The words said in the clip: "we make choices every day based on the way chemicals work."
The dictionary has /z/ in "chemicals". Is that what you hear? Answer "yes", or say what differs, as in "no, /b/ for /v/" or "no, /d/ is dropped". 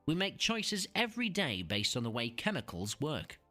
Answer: yes